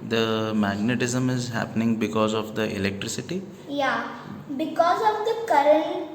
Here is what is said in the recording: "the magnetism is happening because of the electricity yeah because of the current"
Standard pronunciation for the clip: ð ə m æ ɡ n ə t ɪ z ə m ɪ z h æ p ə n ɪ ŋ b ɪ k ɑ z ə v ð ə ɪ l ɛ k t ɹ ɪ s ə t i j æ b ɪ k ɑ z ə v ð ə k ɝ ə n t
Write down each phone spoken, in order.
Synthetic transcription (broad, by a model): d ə m æ ɡ n ə t ɪ z ə m ɪ z h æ p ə n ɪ ŋ b ɪ k ɑ z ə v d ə ɪ l ɛ k t ɹ ɪ s ə t i j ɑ b ɪ k ɑ z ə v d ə k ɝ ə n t